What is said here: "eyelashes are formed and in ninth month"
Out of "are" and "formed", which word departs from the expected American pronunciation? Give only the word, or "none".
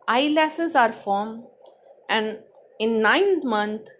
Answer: formed